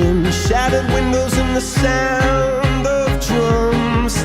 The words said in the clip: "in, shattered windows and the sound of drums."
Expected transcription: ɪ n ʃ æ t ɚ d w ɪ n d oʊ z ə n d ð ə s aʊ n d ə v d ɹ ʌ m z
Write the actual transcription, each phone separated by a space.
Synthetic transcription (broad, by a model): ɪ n ʃ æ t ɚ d w ɪ n d oʊ z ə n ð ə s aʊ n d ə v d ɹ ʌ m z